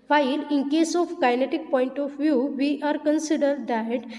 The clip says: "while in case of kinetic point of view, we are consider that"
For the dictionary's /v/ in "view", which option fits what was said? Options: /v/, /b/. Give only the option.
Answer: /v/